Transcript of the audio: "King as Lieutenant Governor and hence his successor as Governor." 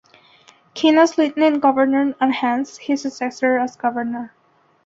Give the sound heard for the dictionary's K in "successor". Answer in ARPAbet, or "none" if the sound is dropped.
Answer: none